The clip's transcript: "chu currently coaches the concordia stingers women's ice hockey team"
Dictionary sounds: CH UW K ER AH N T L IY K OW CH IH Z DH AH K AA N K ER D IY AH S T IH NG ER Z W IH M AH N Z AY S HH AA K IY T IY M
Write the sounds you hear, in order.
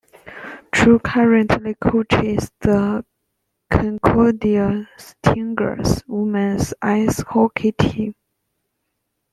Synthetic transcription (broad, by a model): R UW K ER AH N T L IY K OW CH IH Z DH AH K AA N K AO D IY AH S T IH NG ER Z W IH M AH N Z AY S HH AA K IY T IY